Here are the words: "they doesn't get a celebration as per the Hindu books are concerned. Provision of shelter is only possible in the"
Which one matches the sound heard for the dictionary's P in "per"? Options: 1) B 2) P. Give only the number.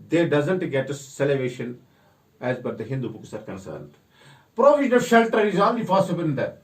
1